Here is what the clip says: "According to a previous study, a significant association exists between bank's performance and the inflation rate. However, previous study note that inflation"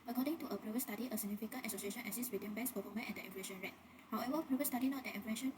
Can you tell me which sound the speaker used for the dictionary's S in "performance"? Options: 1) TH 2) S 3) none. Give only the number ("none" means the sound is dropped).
3